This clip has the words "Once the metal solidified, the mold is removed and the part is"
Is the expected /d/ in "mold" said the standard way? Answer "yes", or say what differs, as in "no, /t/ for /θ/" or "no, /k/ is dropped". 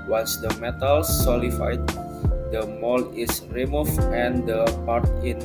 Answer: no, /d/ is dropped